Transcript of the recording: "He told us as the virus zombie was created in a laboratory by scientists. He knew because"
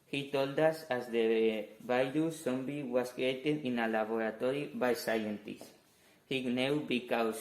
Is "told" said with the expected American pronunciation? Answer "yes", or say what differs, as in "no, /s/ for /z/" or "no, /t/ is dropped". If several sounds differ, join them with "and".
yes